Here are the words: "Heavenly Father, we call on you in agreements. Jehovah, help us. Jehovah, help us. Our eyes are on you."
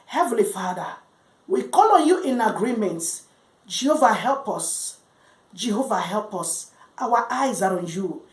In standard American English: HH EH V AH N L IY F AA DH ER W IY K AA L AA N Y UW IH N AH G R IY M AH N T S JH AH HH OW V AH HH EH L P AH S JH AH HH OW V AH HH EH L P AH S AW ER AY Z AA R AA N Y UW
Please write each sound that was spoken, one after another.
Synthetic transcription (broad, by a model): HH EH V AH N L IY F AA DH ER W IY K AA L AA N Y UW IH N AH G R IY M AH N T JH AH HH OW V AH HH EH L P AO S JH AH HH OW V AH HH EH L P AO S AW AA AY Z AA R AA N Y UW